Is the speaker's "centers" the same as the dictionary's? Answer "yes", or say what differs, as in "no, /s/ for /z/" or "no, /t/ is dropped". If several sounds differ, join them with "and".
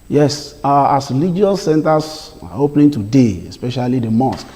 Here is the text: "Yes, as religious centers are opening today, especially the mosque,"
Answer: no, /s/ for /z/